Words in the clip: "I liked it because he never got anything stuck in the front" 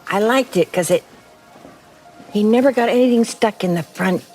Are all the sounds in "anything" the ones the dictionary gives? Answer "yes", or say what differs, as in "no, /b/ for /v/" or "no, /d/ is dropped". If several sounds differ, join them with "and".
yes